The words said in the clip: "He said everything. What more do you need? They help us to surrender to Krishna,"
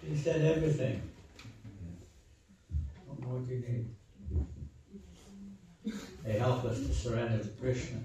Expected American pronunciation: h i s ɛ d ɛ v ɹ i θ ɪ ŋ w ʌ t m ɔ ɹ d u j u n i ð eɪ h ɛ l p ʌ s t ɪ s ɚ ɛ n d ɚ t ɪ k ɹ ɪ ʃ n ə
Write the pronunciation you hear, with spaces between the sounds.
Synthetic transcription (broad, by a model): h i s ɛ d ɛ v ɹ i θ ɪ ŋ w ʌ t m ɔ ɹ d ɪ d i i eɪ h ɛ l p ʌ s t ɪ s ɚ ɛ n d ɚ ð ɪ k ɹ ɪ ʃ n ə